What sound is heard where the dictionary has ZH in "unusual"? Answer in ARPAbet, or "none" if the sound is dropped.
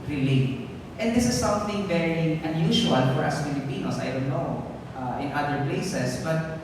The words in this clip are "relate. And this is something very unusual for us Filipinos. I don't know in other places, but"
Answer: SH